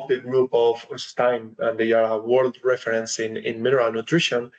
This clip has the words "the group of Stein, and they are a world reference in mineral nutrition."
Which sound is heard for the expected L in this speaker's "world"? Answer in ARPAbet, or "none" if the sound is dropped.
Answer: L